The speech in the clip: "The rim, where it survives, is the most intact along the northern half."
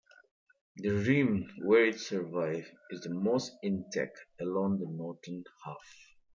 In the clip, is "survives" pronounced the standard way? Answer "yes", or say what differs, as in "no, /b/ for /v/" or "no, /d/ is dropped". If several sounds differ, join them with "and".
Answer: no, /z/ is dropped